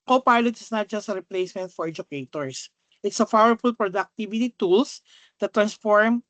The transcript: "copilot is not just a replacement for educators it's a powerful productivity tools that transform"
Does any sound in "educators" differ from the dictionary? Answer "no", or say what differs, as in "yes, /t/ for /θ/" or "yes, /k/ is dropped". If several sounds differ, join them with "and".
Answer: yes, /s/ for /z/